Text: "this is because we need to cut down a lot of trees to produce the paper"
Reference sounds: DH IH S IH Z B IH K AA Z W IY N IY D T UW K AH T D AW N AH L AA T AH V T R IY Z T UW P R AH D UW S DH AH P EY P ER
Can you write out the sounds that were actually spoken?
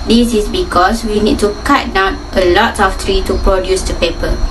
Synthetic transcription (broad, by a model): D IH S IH S B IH K AA S W IY N IY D T UW K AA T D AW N AH L AA T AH F T R IY T UW P R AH D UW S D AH P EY P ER